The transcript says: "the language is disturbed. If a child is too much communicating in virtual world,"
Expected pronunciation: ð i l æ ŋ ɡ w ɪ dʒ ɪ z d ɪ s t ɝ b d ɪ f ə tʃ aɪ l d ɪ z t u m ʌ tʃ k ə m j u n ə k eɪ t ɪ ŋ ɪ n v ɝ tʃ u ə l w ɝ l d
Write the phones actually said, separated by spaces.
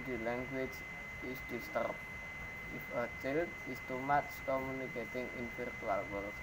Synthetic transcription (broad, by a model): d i l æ ŋ ɡ w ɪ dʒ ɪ s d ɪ s t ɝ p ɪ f ə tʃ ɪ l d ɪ s t u m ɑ s k ə m j u n ə k eɪ t ɪ ŋ ɪ n f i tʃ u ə l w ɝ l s